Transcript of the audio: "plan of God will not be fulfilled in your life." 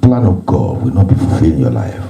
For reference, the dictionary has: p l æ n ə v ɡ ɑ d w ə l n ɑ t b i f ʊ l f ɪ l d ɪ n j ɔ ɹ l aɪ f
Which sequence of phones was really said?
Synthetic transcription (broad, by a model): p l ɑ n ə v ɡ ɑ d w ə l n ɑ t b i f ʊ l f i l ɪ n j ɔ l aɪ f